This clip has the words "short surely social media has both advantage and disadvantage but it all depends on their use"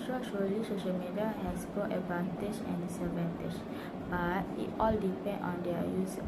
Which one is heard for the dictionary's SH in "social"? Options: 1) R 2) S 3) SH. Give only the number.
3